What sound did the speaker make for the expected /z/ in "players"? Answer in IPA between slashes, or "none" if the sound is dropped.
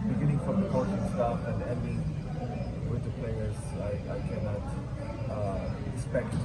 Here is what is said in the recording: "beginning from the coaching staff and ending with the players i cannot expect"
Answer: none